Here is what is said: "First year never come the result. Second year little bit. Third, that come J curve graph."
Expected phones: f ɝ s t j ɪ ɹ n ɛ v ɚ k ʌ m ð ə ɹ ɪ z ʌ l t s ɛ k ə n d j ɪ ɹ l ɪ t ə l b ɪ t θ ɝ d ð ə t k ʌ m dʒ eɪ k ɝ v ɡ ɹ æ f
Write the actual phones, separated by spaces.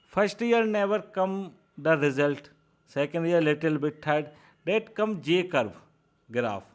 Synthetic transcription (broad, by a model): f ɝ s t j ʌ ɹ n ɛ v ɚ k ʌ m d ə ɹ ɪ z ʌ l t s ɛ k ə n d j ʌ ɹ l ɪ t ə l b ɪ t t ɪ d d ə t k ʌ m dʒ eɪ k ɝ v ɡ ɹ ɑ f